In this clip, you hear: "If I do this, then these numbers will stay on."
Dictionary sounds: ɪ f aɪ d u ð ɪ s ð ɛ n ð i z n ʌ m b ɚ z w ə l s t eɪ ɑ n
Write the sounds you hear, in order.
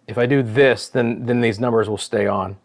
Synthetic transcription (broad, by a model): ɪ f aɪ d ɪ ð ɪ s ð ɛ n ð i z n ʌ m b ɚ z w ə l s t eɪ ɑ n